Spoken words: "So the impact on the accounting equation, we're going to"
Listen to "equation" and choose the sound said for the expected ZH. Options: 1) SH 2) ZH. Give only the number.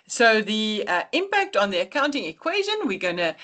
2